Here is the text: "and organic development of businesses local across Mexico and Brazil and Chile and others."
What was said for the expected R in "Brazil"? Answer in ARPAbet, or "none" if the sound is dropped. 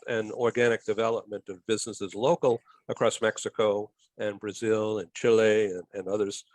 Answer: R